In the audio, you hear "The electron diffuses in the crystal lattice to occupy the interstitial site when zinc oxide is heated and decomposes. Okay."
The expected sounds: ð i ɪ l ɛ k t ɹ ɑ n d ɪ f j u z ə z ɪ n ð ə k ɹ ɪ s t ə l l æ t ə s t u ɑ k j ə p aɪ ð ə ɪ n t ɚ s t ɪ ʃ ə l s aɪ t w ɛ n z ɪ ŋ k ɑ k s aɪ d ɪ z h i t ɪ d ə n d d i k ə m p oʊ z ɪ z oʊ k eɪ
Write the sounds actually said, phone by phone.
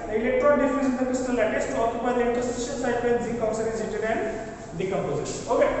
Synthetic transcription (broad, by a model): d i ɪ l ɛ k t ɹ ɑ d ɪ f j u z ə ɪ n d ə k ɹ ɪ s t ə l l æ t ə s t u ɑ k j ə p aɪ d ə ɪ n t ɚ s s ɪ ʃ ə n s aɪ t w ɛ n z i k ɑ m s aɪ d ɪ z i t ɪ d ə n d d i k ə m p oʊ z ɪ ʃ oʊ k eɪ